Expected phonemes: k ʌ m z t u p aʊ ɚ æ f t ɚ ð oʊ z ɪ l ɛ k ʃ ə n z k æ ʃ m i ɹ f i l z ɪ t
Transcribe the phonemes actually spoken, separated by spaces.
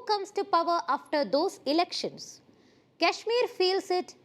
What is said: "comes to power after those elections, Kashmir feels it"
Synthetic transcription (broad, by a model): k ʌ m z t u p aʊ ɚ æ f t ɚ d oʊ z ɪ l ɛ k ʃ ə n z k æ ʃ m i ɹ f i l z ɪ t